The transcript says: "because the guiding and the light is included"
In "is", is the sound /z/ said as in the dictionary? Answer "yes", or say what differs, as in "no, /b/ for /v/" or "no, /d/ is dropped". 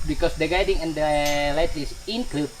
no, /s/ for /z/